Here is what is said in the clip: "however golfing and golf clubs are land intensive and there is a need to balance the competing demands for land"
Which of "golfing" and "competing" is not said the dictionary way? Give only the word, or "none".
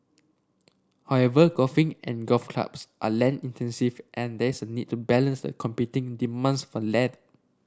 golfing